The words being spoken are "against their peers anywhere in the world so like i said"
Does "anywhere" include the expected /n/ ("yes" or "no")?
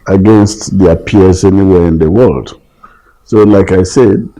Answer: yes